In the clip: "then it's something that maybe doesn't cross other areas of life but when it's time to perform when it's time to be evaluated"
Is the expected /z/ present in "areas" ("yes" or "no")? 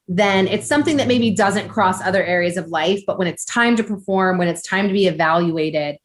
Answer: yes